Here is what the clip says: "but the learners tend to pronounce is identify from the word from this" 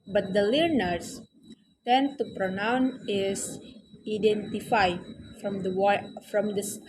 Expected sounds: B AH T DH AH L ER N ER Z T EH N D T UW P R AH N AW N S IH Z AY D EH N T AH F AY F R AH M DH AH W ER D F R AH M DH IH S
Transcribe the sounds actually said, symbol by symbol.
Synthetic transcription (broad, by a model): B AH T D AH L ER N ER S T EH N T UW P R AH N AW N IH S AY D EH N T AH F AY F R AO M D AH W F R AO M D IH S